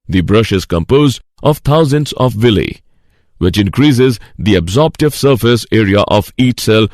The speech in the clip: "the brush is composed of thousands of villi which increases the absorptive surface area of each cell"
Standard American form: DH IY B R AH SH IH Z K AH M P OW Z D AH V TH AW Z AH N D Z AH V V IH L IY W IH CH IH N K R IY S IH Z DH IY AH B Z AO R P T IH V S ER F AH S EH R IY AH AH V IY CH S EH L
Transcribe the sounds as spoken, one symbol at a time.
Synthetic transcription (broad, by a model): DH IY B R AH SH IH Z K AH M P OW Z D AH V T AW Z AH N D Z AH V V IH L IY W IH CH IH N K R IY S IH Z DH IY AH B Z AO R P T IH V S ER F AH S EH R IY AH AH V IY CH S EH L